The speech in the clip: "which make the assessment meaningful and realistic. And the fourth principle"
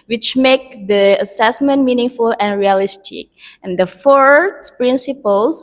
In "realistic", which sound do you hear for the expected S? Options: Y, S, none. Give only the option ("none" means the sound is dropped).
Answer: S